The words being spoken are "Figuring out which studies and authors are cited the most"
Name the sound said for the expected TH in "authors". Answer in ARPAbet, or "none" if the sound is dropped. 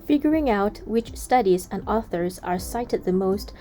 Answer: TH